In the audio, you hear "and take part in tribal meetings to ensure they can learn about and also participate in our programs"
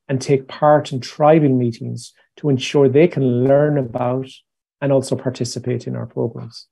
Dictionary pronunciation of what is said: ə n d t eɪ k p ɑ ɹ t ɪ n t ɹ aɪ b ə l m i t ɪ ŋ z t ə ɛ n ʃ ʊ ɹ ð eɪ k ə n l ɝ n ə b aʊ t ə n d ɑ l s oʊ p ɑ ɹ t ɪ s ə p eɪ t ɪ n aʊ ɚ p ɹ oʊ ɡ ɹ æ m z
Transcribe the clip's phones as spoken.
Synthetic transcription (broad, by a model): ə n t eɪ k p ɑ ɹ t ɪ n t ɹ aɪ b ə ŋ m i t ɪ ŋ z t ə ɛ n ʃ ʊ ɹ ð eɪ k ə n l ɝ n ə b aʊ t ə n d ɑ l s oʊ p ɑ ɹ t ɪ s ə p eɪ t ɪ n aʊ ɚ p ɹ oʊ ɡ ɹ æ m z